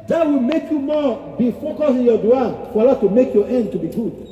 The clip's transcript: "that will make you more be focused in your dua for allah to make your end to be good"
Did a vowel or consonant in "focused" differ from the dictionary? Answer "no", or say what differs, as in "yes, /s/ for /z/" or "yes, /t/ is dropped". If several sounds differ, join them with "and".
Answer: yes, /t/ is dropped